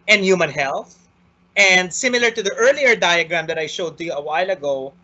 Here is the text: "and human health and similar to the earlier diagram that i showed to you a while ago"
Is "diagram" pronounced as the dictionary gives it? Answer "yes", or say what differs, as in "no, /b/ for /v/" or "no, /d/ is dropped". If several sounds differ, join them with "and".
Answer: yes